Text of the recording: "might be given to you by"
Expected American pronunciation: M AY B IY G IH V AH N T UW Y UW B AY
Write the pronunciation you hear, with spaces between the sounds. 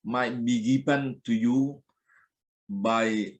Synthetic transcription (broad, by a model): M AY B IY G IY P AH N T UW Y UW B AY